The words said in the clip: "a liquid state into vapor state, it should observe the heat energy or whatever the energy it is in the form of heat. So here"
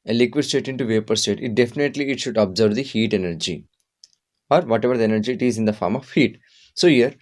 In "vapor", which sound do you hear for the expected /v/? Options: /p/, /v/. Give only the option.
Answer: /v/